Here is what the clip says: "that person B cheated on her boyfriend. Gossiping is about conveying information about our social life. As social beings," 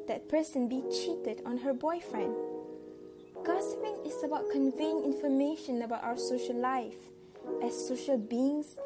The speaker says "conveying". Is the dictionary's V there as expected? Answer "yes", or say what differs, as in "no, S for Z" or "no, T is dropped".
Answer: yes